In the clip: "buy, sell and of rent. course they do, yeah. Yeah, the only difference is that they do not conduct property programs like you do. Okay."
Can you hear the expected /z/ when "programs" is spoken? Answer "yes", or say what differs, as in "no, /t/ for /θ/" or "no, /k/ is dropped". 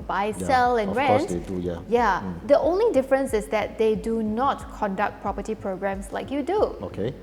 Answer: no, /s/ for /z/